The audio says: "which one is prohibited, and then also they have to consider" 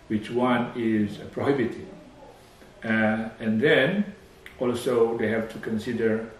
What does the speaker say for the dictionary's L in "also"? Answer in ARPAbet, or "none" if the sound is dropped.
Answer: L